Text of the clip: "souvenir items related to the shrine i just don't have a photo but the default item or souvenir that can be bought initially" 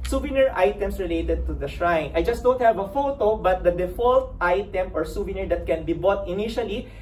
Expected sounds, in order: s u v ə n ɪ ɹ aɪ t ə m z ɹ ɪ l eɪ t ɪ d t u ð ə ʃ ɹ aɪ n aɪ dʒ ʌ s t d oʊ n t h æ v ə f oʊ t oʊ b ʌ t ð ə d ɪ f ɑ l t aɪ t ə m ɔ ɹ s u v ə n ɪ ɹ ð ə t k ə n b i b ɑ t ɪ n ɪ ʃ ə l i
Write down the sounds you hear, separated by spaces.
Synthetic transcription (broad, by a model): s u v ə n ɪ ɹ aɪ t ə m s ɹ ɪ l eɪ t ɪ d t u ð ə ʃ ɹ aɪ n aɪ dʒ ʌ s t d oʊ n t h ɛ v ə f oʊ t oʊ b ʌ t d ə d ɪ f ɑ l t aɪ t ə m ɔ ɹ s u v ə n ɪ ɹ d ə t k ə n b i b ɑ t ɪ n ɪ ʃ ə l i